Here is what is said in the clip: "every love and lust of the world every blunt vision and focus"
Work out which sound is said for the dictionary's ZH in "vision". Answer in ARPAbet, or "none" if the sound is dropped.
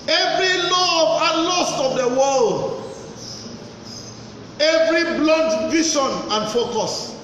SH